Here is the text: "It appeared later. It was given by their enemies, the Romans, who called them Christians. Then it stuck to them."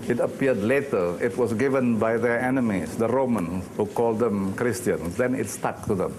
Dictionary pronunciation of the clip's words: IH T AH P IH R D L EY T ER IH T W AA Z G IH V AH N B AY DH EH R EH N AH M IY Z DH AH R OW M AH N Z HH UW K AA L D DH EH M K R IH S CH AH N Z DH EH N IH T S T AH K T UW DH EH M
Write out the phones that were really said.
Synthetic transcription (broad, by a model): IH T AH P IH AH D L EY T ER IH T W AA S G IH V AH N B AY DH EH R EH N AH M IY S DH AH R OW M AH N S HH UW K AA L D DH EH M K R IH S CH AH N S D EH N IH T S T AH K T UW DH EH M